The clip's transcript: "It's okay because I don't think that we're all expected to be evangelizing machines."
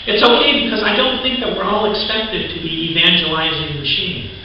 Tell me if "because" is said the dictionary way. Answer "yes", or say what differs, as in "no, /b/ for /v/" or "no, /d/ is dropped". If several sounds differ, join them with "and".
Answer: yes